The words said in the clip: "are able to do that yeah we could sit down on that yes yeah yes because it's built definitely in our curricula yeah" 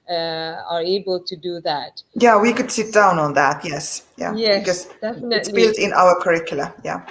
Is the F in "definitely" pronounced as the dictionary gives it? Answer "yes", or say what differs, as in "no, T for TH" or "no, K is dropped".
no, F is dropped